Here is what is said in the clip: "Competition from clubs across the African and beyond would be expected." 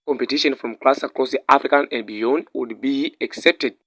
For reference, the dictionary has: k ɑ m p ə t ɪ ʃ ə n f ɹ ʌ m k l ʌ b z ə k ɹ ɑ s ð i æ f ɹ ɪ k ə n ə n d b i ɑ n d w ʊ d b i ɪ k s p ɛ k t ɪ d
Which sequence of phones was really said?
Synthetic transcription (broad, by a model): k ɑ m p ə t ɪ ʃ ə n f ɹ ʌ m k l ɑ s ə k l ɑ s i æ f ɹ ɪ k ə n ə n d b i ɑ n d w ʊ d b i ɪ k s ɛ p t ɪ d